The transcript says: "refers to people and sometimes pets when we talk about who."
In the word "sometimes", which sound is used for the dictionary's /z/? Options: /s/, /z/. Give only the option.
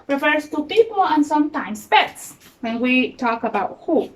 /s/